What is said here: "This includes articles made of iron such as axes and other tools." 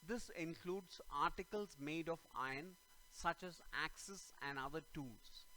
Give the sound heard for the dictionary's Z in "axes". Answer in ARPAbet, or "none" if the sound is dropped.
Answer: S